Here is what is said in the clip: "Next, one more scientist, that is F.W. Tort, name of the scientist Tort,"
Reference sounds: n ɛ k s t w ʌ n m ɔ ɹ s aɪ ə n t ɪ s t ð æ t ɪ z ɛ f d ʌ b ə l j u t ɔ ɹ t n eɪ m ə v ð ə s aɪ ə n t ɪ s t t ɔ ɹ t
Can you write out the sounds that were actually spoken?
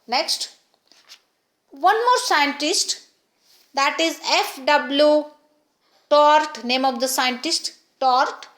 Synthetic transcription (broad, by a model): n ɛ k s t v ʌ n m ɔ ɹ s aɪ ə n t ɪ s t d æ t ɪ z ɛ f d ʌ b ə l j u t ɔ ɹ t n eɪ m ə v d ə s aɪ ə n t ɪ s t t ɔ ɹ t